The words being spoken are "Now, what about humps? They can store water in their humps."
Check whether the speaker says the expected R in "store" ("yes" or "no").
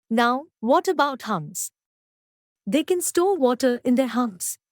no